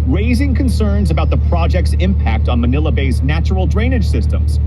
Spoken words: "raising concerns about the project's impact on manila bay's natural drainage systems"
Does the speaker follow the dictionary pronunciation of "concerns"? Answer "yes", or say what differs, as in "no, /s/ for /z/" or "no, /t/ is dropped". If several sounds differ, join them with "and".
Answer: yes